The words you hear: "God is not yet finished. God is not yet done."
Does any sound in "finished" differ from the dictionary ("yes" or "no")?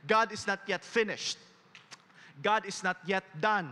no